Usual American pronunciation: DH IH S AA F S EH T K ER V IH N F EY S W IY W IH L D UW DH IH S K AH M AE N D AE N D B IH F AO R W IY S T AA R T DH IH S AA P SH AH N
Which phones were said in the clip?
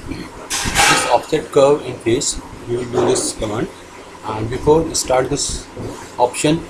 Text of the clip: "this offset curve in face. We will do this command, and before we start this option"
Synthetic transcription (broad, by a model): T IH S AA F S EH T K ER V IH N P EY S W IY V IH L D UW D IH S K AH M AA N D AE N D B IH F AO R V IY S T AA R T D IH S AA P SH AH N